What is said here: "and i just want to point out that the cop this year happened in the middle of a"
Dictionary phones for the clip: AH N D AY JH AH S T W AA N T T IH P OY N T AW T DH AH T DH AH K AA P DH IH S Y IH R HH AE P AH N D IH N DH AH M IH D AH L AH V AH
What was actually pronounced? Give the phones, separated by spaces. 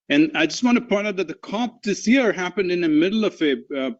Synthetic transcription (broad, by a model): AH N AY JH AH S T W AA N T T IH P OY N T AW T DH AH T DH AH K AA P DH IH S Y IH R HH AE P AH N D IH N DH AH M IH D L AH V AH